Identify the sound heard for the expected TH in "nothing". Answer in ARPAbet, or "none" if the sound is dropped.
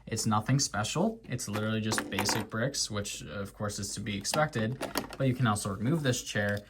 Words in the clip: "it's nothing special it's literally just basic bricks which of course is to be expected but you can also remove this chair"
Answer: TH